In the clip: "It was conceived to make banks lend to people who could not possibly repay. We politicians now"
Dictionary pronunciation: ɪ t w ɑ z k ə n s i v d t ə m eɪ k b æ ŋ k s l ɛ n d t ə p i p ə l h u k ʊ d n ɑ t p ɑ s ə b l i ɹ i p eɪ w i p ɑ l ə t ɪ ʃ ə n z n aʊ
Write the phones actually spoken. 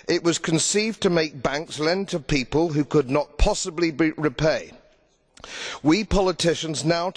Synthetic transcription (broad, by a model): ɪ t w ɑ z k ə n s i v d t ə m eɪ k b æ ŋ k s l ɛ n t ə p i p ə l h u k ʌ d n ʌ t p ɑ s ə b l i ɹ i p eɪ w i p ɑ l ə t ɪ ʃ ə n z n aʊ